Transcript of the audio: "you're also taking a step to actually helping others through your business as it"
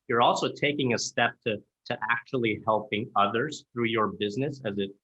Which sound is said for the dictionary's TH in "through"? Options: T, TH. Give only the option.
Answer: TH